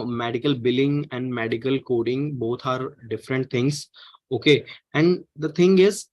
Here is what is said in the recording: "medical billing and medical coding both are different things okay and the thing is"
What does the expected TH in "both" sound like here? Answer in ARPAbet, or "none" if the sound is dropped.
T